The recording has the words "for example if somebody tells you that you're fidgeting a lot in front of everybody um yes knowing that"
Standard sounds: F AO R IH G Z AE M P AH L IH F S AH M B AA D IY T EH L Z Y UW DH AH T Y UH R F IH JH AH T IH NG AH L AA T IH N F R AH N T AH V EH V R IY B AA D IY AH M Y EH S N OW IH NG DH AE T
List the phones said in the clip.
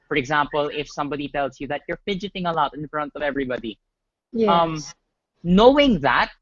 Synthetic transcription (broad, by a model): F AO R IH G Z AE M P AH L IH F S AH M B AA D IY T EH L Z Y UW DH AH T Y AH R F IH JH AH T IH NG AH L AA T IH N F R AH N T AH V EH V R IY B AA D IY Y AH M N OW IH NG DH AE T